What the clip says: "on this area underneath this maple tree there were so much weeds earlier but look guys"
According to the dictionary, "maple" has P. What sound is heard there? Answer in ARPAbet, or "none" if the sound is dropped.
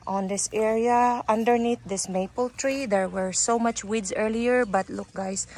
P